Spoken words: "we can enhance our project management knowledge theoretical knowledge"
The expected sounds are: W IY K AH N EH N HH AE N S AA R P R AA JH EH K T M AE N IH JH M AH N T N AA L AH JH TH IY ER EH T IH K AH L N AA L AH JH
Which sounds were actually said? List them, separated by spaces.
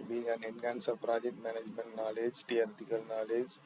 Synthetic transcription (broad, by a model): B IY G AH N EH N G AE N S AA P R AA JH EH K T M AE N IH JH M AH N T N AA L AH JH T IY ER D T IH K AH L N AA L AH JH